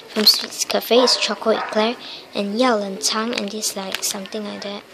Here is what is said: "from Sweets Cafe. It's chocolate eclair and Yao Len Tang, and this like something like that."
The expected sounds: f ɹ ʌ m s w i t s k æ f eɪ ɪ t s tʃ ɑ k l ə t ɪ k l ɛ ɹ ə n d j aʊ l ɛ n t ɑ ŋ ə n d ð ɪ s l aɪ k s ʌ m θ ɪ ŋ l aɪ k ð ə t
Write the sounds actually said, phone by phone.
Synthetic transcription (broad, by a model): f ɹ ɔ m s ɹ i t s k æ f eɪ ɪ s tʃ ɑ k ə ɪ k l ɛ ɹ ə n j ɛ l ɛ n t ɑ ŋ ə n d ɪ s l aɪ k s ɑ m t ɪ ŋ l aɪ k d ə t